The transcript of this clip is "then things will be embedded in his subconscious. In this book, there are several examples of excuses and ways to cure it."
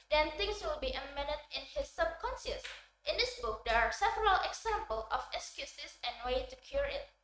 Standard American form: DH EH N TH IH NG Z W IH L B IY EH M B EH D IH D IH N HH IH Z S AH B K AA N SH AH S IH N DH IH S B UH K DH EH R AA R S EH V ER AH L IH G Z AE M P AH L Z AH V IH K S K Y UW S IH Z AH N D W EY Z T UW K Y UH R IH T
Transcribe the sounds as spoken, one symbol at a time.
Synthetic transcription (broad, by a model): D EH N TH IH NG S W IH L B IY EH M EH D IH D IH N HH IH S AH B K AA N S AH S IH N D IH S B UH K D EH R AA R S EH V ER AH L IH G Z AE M P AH L AH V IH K S K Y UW S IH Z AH N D W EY T UW K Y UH R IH T